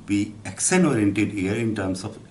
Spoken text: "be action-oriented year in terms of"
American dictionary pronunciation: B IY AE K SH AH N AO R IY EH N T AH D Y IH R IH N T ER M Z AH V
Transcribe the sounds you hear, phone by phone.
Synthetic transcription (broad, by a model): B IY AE K S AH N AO R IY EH N T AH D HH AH R IH N T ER M S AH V